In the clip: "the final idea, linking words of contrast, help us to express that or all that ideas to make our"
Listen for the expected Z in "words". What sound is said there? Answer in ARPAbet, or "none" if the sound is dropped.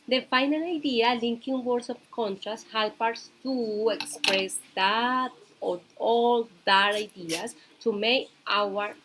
S